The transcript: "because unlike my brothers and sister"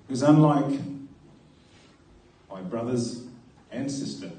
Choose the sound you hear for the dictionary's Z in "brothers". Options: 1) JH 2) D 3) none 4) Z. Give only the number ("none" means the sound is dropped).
4